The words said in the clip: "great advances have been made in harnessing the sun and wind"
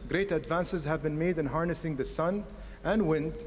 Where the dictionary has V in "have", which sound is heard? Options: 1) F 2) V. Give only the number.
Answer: 2